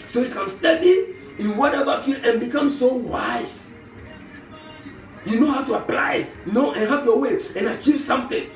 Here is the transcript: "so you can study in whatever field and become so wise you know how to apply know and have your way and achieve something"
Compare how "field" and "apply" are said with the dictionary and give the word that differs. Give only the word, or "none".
field